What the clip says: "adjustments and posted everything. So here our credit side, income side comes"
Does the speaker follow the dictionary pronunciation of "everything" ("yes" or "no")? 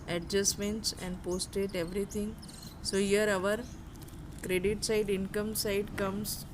no